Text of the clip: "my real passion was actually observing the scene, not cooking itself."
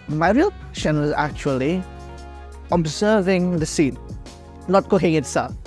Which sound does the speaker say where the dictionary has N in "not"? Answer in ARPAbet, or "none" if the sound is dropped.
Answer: L